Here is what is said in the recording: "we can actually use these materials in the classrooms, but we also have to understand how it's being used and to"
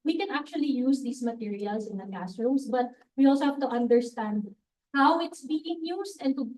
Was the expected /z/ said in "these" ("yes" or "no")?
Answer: no